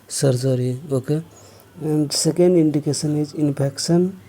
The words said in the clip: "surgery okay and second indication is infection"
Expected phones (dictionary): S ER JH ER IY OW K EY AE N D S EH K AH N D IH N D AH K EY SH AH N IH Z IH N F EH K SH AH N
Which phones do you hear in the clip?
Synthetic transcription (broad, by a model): S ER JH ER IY OW K EY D S EH K AH N D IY N D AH K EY S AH N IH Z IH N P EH K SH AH N